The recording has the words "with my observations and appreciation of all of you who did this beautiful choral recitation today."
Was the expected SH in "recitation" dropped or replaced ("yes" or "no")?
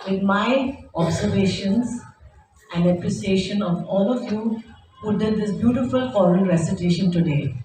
no